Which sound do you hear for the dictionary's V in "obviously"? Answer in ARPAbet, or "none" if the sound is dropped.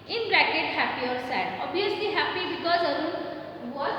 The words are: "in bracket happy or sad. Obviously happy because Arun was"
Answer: none